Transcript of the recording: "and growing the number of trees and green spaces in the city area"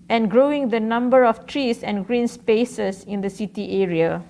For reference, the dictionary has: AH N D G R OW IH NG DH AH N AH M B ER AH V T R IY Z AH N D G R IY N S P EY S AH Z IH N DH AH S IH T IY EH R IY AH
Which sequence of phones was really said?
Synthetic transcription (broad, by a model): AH N G R OW IH NG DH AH N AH M B ER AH F T R IY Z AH N G R IY N S P EY S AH S IH N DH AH S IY T IY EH R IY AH